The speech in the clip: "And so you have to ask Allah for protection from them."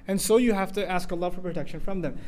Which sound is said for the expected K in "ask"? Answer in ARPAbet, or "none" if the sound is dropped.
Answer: K